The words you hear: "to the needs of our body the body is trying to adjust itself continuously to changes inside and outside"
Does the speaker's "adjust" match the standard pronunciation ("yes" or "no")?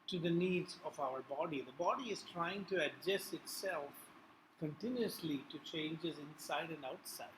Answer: no